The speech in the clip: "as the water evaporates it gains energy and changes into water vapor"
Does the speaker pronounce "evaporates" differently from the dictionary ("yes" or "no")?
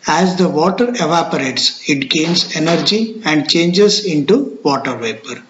no